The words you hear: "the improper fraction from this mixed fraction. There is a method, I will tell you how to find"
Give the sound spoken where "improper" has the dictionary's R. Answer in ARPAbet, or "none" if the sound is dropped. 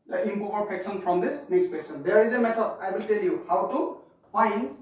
none